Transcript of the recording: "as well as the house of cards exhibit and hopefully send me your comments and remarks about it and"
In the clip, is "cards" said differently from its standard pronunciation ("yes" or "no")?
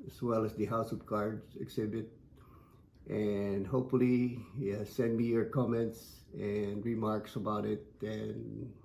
yes